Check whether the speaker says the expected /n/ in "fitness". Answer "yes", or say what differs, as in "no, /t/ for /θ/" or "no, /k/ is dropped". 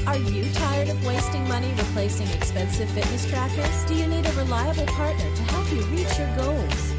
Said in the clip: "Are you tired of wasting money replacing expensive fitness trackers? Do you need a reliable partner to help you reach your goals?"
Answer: yes